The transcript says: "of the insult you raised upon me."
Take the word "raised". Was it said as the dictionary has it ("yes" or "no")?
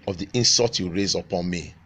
no